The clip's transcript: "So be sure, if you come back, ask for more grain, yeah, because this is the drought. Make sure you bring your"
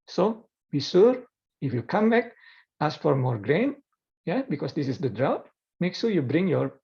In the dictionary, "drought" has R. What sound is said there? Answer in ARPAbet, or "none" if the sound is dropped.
R